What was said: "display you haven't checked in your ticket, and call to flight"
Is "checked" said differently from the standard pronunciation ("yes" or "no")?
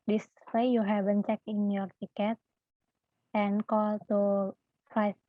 yes